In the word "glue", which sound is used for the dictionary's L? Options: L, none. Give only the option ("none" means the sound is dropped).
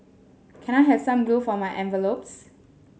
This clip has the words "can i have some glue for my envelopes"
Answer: none